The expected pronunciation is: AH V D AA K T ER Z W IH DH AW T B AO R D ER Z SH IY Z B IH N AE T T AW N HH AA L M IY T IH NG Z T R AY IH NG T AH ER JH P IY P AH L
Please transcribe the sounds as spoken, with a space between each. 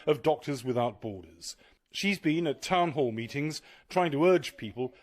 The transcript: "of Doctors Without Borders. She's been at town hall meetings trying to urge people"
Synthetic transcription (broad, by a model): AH V D AA K T ER Z W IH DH AW T B AO R D ER Z SH IY Z B IH N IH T T AW N HH AA L M IY T IH NG Z T R AY IH NG T AH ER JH P IY P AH L